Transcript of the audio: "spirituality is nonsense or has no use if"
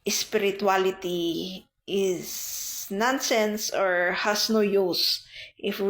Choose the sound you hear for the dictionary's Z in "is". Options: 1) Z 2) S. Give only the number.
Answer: 2